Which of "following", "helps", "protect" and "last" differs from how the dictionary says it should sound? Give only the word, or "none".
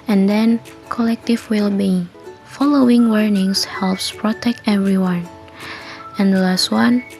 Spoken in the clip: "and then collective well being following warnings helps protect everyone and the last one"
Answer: none